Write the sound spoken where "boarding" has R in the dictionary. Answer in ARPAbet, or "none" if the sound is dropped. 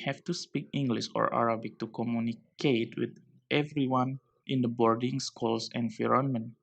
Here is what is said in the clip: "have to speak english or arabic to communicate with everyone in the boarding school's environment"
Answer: R